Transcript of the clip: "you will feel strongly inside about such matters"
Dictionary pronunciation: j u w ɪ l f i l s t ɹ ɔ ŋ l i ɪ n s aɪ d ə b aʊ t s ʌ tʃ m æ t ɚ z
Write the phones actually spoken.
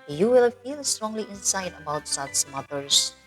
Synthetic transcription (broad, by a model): j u w ɪ l f i l s t ɹ ɔ ŋ l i ɪ n s aɪ d ə b aʊ t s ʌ s m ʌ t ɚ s